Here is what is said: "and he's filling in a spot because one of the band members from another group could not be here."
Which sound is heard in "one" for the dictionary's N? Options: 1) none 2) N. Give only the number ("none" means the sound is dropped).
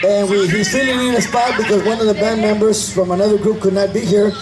2